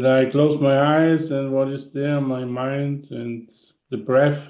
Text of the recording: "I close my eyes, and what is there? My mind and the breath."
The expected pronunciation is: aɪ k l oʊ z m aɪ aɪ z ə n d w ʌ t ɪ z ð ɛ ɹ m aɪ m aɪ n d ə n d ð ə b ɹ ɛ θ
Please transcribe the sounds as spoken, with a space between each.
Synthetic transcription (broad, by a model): aɪ k l oʊ z m aɪ aɪ z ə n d w ʌ t ɪ z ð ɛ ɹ m aɪ m aɪ n d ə n ð ə b ɹ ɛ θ